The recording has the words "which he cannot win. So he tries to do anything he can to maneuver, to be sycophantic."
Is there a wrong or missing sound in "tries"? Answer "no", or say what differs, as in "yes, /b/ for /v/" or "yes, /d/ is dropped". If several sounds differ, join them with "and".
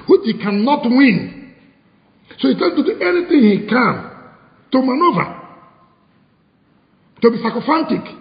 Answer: yes, /ɹ/ is dropped